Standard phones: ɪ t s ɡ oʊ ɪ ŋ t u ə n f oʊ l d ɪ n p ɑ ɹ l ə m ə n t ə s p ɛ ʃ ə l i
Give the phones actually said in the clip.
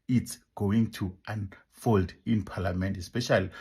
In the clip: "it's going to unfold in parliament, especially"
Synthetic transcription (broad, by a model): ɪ t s ɡ oʊ ɪ ŋ t u ə n f oʊ l d ɪ n p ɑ l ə m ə n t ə s p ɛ ʃ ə l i